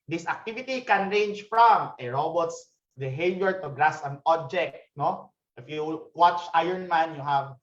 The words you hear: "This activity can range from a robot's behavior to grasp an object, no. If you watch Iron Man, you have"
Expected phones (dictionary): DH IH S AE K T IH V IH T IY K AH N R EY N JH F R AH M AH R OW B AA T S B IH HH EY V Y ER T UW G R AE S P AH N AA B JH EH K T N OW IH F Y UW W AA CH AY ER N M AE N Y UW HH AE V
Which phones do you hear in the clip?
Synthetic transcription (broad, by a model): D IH S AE K T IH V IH T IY K AH N R EY N JH F R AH M AH R OW B AA T S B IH HH EY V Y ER T UW G R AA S AH N AA B JH EH K T N OW IH F Y UW W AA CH AY ER N M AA N Y UW HH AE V